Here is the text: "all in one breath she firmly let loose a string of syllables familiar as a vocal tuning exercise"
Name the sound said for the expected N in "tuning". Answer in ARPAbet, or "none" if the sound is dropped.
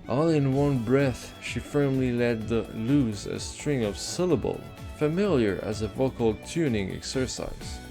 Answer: N